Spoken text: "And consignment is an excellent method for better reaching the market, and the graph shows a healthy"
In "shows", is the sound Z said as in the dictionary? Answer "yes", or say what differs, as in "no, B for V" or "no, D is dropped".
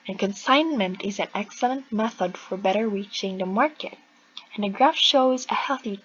yes